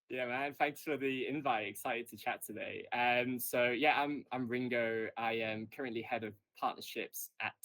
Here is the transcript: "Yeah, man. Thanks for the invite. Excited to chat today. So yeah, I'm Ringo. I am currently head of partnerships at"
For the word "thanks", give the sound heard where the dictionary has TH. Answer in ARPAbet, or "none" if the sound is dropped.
TH